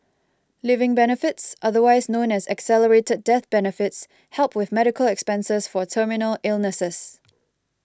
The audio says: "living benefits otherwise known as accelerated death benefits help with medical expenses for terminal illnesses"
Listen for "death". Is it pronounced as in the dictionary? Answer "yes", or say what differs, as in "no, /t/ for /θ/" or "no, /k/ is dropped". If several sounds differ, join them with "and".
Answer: yes